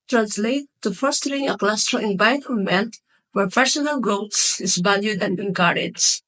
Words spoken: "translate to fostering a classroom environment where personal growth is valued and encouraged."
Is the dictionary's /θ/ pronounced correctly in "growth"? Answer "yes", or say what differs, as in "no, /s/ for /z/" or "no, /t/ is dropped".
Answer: no, /s/ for /θ/